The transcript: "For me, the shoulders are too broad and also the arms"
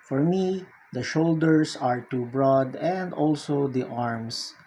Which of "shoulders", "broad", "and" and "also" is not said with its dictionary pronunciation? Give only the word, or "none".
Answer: shoulders